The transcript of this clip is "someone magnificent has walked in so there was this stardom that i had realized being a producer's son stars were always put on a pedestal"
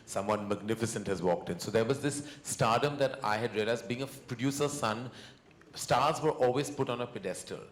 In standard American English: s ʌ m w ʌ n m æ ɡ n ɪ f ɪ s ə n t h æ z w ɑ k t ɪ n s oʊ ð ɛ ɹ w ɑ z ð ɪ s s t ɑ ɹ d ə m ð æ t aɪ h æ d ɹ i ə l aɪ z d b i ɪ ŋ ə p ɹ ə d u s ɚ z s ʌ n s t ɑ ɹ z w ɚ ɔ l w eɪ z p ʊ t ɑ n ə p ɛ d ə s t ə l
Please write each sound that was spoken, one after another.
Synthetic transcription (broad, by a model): s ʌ m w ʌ n m æ ɡ n ɪ f ɪ s ə n t h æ z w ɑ k t ɪ n s oʊ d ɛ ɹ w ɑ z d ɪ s s t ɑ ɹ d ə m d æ t aɪ h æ d ɹ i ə l aɪ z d b i ɪ ŋ ə p ɹ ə d u s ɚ s ʌ n s t ɑ ɹ z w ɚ ɔ l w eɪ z p ʊ t ɑ n ə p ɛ d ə s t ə l